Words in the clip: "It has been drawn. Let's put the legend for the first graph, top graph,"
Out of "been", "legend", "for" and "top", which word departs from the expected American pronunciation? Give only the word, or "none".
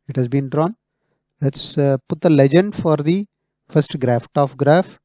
top